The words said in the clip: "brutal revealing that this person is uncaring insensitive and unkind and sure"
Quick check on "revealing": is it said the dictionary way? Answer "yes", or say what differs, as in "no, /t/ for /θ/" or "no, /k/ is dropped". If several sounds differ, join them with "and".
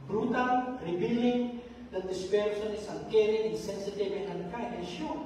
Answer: no, /b/ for /v/